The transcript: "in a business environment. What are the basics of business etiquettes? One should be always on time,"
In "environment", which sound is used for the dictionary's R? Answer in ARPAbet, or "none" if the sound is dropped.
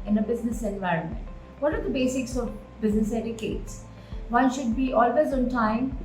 R